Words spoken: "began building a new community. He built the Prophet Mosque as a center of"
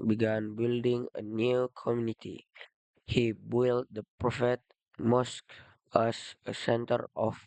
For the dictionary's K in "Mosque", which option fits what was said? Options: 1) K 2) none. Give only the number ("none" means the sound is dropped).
1